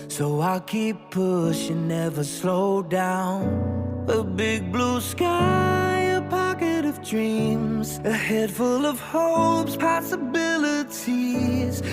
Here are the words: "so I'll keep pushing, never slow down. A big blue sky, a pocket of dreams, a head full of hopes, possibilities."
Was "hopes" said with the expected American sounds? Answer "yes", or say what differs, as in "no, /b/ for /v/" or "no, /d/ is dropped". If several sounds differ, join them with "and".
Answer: yes